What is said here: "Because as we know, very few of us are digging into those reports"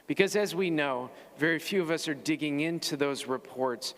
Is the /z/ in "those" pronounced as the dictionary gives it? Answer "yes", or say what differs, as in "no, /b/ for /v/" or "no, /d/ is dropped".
yes